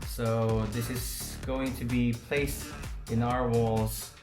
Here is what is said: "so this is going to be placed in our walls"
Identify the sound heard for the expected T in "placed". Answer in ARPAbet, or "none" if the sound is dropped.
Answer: T